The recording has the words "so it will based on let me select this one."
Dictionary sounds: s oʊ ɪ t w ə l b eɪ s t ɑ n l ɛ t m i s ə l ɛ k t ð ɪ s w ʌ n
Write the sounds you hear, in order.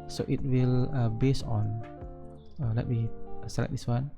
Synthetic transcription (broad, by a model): s oʊ ɪ t w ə l b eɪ s ɑ n l ɛ t m i s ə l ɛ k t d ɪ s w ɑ n